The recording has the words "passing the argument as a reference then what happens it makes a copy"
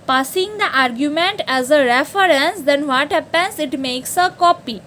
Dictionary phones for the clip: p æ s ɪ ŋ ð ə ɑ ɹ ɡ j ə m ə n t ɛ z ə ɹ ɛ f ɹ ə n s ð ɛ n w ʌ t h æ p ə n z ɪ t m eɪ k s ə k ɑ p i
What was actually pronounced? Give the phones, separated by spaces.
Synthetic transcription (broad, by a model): p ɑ s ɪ ŋ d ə ɑ ɹ ɡ j ə m ə n t ɛ z ə ɹ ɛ f ɹ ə n s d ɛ n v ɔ t h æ p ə n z ɪ t m eɪ k s ə k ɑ p i